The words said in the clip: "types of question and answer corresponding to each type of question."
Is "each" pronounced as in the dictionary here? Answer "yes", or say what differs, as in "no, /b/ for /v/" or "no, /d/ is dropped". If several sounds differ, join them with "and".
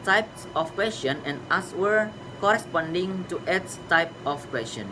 no, /s/ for /tʃ/